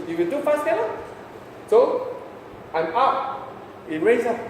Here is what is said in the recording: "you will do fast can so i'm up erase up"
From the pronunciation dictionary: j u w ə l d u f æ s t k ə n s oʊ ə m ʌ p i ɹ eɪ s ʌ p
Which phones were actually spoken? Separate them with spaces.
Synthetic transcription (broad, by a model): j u w ə l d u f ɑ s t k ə l s oʊ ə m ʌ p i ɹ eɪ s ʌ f